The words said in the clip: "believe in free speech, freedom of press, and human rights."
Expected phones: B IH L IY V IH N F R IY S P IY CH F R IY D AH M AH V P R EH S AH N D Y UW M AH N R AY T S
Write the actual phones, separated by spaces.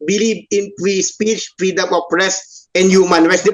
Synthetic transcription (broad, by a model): B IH L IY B IH N P R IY S P IY CH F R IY D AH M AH P R EH S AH N Y UW M AH N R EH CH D